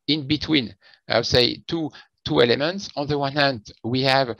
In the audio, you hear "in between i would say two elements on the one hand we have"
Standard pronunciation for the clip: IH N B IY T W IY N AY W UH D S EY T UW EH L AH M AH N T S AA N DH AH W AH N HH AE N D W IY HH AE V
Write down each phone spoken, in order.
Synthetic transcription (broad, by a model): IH N B IY T W IY N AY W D S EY T UW EH L AH M AH N T S AA N DH AH W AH N HH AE N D W IY HH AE V